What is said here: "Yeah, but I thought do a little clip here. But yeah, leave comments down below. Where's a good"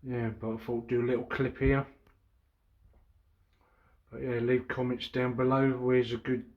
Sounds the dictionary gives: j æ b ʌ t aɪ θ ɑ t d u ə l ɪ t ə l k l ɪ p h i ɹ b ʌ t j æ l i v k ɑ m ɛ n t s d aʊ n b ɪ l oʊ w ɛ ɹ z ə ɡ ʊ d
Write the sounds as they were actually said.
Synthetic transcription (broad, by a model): j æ b ʌ t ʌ f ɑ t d ə l ɪ t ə l k l ɪ p h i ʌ b ʌ t j æ l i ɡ k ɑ m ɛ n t s d aʊ n b ɪ l oʊ w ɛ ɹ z ə ɡ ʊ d